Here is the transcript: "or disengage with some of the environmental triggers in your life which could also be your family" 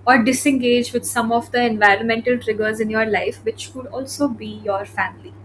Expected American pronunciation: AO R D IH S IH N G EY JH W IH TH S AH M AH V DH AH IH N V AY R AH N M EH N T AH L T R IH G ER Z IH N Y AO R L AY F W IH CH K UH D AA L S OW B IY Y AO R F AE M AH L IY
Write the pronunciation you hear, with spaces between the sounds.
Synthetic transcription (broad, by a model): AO R D IH S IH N G EY JH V IH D S AH M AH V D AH IH N V AY R AH N M EH N T AH L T R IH G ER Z IH N Y AO R L AY F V IH CH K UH D AA L S OW B IY Y AO R F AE M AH L IY